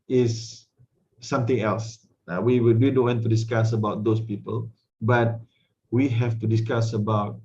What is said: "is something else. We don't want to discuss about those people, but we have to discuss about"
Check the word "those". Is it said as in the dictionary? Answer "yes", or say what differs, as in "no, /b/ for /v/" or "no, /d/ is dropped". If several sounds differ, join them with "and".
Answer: no, /s/ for /z/